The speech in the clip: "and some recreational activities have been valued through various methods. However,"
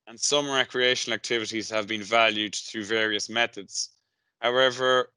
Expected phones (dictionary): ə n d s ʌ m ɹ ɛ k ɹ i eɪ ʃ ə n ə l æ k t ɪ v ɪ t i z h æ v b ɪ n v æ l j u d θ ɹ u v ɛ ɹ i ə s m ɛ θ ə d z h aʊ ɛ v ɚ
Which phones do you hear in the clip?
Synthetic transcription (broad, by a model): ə n s ʌ m ɹ ɛ k ɹ i eɪ ʃ ə n ə l æ k t ɪ v ɪ t i z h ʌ v b ɪ n v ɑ l j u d θ ɹ u v ɛ ɹ i ə s m ɛ θ ə d z h aʊ ɛ v ɚ